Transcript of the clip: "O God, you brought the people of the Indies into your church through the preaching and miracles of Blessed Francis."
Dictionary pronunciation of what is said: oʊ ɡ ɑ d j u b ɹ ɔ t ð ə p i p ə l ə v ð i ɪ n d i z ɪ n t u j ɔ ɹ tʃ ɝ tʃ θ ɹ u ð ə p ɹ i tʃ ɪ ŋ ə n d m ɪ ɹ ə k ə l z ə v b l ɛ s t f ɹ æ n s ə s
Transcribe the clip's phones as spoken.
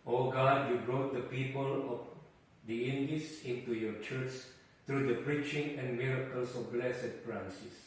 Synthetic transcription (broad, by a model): oʊ ɡ ɑ d j u b ɹ ɔ t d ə p i p ə l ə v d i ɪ n d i s ɪ n t u j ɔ tʃ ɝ tʃ t ɹ u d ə p ɹ i tʃ ɪ ŋ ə n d m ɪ ɹ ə k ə l s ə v b l ɛ s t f ɹ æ n s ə s